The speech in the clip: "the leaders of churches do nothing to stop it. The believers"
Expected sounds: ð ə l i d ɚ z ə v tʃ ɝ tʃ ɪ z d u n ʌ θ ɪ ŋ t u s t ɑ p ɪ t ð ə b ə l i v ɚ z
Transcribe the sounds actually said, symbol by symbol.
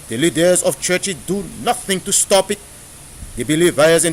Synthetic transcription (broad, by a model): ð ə l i d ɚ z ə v tʃ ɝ tʃ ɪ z d u n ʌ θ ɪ ŋ t u s t ɑ p ɪ t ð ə b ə l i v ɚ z